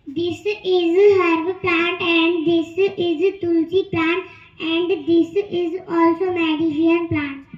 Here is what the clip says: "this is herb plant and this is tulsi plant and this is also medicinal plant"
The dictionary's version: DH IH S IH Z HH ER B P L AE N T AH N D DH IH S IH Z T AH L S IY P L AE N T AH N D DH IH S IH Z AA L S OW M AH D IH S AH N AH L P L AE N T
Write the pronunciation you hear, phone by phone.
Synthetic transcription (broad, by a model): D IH S IH Z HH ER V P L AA N T AH N D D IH S IH Z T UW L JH IY P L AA N T AH N D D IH S IH Z AA L S OW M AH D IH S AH AH N P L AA N T